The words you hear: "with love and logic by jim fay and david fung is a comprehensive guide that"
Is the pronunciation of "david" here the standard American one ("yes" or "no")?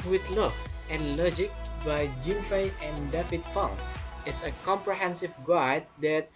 no